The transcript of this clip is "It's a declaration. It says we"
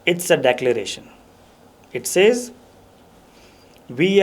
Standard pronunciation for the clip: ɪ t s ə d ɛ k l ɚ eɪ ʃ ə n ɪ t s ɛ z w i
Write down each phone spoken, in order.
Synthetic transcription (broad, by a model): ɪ t s ə d ɛ k l ɚ eɪ ʃ ə n ɪ t s ɛ z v i